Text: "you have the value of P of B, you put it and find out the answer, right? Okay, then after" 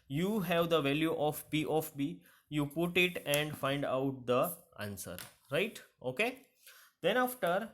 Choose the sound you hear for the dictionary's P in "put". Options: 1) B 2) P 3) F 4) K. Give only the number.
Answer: 2